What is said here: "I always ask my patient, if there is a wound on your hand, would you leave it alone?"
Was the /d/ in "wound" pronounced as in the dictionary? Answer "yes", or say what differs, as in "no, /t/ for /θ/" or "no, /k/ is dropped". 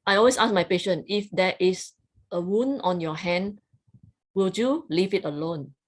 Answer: no, /d/ is dropped